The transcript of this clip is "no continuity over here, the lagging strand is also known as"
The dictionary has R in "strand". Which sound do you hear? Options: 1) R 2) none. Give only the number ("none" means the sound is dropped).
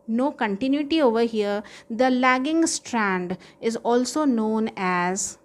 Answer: 1